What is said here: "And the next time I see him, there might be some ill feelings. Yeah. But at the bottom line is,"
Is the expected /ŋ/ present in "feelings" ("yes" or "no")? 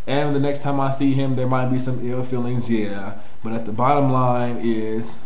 yes